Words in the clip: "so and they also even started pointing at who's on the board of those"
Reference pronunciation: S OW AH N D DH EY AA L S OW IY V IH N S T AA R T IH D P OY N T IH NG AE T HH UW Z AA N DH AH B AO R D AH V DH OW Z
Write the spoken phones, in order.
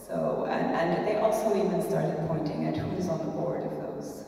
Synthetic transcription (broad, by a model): S OW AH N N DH EY AA L S OW IY V IH N S T AA R T IH D P OY N T IH NG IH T HH UW Z N DH AH B AO R D AH V DH OW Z